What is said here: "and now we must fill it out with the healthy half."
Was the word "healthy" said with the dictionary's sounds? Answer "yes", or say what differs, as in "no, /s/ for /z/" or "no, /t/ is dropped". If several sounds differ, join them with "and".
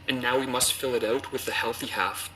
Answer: yes